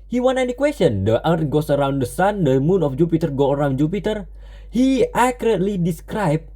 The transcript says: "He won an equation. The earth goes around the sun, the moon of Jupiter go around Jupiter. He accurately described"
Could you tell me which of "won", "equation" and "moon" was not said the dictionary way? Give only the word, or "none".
equation